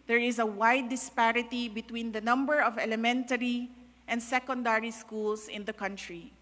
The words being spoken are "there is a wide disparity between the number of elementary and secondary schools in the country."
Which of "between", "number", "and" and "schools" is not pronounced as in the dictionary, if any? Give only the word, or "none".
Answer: schools